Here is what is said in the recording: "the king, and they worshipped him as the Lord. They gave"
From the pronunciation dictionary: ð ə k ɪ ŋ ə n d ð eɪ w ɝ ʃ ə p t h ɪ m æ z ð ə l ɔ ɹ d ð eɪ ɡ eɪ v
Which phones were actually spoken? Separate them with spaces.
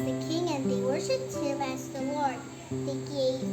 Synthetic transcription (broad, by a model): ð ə k ɪ ŋ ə n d ð eɪ w ɝ ʃ ə p t h ɪ m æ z ð ə w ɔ ɹ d ð eɪ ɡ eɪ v